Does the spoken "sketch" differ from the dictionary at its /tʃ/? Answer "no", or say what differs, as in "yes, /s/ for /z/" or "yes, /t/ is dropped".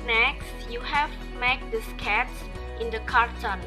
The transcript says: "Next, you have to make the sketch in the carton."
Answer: yes, /s/ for /tʃ/